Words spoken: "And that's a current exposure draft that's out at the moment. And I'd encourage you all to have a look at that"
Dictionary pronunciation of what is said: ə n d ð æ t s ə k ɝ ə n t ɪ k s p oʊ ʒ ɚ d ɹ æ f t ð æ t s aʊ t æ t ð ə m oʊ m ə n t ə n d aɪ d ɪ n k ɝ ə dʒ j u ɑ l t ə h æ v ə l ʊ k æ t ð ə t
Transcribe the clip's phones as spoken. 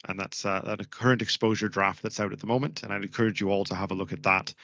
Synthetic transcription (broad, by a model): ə n ð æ t s ə k ɝ ə n t ɪ k s p oʊ ʒ ɚ d ɹ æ f t ð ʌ t s aʊ t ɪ t ð ə m oʊ m ə n t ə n aɪ ɪ n k ɝ ə dʒ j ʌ ɑ l t ə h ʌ v ə l ʊ k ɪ t ð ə t